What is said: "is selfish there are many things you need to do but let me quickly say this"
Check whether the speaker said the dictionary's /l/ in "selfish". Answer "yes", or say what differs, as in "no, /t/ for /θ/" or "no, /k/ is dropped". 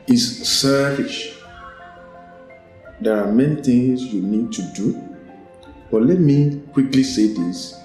no, /l/ is dropped